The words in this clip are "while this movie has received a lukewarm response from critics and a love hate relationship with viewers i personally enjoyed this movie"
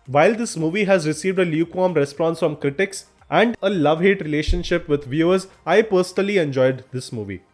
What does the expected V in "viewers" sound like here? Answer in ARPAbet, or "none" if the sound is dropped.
V